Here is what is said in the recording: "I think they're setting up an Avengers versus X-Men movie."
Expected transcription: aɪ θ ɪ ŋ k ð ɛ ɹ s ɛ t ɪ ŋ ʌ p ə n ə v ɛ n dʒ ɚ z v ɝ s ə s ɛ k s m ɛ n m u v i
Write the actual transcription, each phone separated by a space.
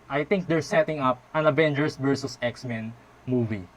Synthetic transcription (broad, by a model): aɪ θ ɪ ŋ k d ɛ ɹ s ɛ t ɪ ŋ ʌ p ə n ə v ɛ n dʒ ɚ s v ɝ s ə s ɛ k s m ɛ n m u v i